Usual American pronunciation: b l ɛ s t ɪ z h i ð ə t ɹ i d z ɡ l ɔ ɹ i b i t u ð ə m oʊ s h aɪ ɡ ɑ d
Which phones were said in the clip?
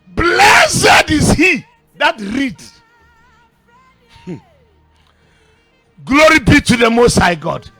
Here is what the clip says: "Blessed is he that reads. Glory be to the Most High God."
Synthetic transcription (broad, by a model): b l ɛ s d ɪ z h i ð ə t ɹ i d ɡ l ɔ ɹ i b i t u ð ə m oʊ s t aɪ ɡ ɑ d